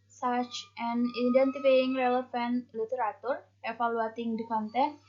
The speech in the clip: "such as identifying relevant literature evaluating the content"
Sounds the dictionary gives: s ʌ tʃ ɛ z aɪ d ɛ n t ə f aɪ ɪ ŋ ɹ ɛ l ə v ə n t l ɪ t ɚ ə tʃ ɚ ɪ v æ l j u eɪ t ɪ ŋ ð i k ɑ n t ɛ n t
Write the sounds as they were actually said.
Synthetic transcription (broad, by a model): s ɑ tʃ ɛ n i d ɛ n t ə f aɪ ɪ ŋ ɹ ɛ l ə f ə n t l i t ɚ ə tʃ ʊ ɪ f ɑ l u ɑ t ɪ ŋ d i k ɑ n t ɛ